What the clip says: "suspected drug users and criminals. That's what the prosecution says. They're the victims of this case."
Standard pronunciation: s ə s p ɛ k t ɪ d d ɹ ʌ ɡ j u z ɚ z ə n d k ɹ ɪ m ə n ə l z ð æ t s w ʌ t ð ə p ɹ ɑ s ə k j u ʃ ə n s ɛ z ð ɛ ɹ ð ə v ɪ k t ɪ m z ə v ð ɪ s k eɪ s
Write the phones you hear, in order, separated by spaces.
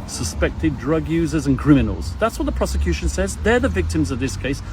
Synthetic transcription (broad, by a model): s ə s p ɛ k t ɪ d d ɹ ʌ ɡ j u z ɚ z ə n k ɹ ɪ m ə n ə l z ð æ t s w ʌ t ð ə p ɹ ɑ s ə k j u ʃ ə n s ɛ z ð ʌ ɹ ð ə v ɪ k t ɪ m z ə v ð ɪ s k eɪ s